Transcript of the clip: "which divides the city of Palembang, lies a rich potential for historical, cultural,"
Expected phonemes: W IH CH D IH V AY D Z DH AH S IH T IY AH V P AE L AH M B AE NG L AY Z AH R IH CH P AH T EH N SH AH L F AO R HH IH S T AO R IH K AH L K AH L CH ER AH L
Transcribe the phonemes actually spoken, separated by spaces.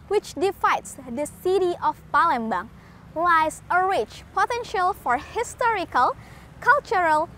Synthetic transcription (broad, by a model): W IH CH D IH F AY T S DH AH S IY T IY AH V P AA L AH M B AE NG L AY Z AH R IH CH P AH T EH N SH AH L F AO R HH IH S T AO R IH K AH L K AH L CH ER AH L